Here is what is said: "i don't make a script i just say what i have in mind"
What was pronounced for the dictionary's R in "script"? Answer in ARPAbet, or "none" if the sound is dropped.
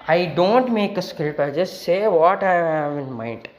none